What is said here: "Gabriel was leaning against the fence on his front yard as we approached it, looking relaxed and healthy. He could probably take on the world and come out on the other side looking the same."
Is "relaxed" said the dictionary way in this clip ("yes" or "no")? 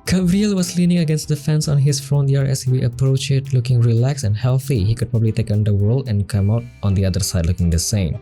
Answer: no